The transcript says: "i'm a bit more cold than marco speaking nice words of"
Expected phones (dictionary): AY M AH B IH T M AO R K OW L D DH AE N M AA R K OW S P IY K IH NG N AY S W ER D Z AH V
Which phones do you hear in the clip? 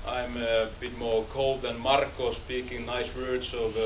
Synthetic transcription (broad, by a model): AY M AH B IH T M AO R K OW L D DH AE N M AA R K OW S P IY K IH NG N AY S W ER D S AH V